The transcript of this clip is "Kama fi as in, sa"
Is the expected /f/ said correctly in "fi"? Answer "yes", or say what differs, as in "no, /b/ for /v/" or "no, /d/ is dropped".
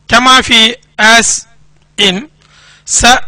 yes